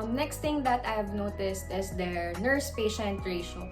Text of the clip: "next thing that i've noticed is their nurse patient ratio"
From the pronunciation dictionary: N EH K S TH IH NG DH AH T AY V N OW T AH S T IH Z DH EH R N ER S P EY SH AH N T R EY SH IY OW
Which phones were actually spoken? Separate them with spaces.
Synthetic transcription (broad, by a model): N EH K S T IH NG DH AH T AY V N OW T AH S T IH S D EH R N ER S P EY SH AH N T R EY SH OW